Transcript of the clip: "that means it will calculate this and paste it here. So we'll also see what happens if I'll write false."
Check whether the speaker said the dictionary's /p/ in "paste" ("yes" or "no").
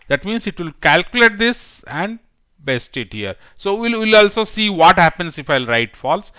no